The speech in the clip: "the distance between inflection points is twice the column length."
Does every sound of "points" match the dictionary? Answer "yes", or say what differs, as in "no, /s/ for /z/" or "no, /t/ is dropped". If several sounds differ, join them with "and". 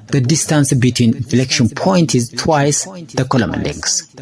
no, /s/ is dropped